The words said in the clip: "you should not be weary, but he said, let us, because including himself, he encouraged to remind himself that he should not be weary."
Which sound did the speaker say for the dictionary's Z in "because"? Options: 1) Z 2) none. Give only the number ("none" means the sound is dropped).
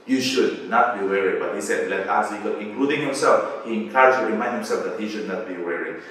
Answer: 2